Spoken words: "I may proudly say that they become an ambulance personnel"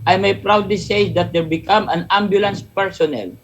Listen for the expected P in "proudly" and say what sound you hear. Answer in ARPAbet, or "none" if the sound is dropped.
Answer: P